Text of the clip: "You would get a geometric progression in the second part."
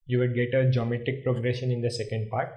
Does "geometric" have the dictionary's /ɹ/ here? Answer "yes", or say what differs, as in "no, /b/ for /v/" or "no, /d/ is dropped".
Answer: no, /ɹ/ is dropped